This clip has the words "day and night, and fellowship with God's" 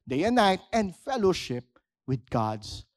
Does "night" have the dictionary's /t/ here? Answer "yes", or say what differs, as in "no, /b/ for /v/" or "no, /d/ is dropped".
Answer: yes